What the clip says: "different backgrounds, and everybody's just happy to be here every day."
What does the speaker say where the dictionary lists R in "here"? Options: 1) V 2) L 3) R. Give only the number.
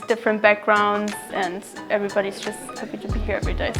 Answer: 3